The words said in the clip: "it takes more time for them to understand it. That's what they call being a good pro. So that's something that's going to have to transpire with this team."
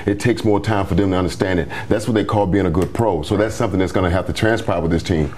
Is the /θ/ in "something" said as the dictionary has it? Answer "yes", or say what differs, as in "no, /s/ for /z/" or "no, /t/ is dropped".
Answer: yes